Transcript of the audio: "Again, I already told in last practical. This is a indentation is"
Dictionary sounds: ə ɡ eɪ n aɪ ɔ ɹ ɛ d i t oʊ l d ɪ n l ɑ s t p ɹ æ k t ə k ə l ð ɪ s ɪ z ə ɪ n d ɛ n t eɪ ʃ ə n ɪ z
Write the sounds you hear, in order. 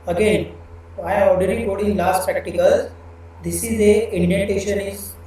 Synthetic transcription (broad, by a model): ə ɡ eɪ n aɪ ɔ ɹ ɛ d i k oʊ d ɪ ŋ l ɑ s t p ɹ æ k t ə k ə l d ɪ s ɪ z ə ɪ n d ɛ n t eɪ ʃ ə n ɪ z